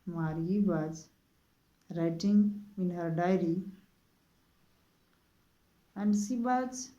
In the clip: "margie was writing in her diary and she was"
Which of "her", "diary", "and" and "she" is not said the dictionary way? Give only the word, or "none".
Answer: she